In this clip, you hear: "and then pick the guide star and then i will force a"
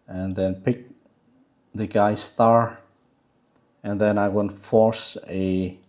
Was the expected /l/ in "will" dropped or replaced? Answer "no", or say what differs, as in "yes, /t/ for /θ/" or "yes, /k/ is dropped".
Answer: yes, /n/ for /l/